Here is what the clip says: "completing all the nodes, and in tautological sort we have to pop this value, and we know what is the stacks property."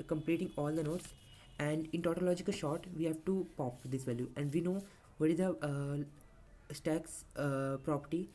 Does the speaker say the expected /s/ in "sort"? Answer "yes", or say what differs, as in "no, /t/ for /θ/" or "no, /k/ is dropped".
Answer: no, /ʃ/ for /s/